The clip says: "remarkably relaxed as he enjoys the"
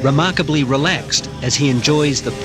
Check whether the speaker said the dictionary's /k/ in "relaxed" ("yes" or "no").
yes